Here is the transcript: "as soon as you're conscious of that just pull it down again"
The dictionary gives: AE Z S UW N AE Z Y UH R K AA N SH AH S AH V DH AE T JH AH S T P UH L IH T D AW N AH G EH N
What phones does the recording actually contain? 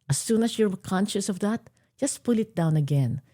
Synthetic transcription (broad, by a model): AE S UW N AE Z Y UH R K AA N SH AH S AH V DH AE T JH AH S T P UH L IH T D AW N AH G EH N